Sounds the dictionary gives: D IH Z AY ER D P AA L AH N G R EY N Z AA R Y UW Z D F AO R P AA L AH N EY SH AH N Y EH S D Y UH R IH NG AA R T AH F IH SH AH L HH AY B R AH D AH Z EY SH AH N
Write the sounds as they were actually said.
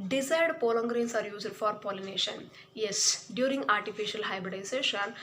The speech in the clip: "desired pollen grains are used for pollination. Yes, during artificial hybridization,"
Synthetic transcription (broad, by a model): D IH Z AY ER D P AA L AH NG G R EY N S AA R Y UW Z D F AO R P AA L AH N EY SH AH N Y EH S D Y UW R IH NG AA R T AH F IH SH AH L HH AY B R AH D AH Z EY SH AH N